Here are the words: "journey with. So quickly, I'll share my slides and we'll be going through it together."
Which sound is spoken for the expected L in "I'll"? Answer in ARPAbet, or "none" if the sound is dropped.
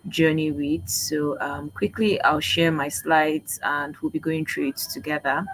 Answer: L